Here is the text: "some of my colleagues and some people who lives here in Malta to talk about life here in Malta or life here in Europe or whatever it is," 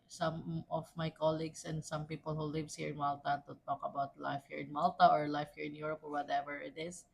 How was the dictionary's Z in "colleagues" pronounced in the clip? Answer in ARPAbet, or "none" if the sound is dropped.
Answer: S